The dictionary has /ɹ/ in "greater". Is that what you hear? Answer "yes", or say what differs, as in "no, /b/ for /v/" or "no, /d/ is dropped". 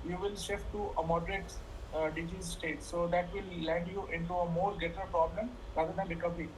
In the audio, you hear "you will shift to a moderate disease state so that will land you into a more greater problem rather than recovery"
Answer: no, /ɹ/ is dropped